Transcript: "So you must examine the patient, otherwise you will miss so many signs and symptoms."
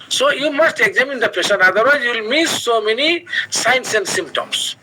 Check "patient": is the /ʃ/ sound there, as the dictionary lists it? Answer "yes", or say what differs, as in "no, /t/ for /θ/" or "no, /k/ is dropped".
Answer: no, /s/ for /ʃ/